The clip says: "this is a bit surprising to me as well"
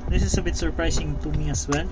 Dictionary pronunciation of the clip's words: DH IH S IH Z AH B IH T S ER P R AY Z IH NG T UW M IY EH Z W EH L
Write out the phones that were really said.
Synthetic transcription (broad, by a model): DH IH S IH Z AH B IH T S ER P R AY S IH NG T UW M IY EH S W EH L